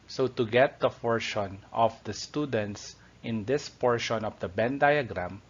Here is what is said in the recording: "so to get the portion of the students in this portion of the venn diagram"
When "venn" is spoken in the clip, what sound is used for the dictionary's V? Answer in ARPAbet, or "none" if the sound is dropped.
B